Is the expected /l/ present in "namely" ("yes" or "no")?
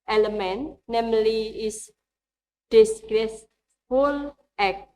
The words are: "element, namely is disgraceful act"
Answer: yes